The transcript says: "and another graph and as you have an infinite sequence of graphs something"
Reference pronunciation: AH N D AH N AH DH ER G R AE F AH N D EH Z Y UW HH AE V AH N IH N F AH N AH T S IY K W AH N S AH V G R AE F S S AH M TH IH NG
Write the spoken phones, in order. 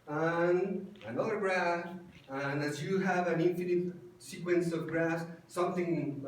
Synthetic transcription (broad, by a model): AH N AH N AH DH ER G R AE AH N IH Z Y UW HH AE V AH N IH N F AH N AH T S IY K W AH N S AH V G R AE S S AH M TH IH NG